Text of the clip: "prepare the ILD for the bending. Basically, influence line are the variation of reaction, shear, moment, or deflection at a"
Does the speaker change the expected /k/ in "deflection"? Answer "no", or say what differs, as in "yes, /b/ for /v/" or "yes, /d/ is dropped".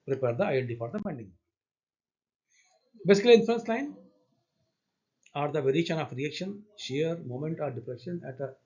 yes, /k/ is dropped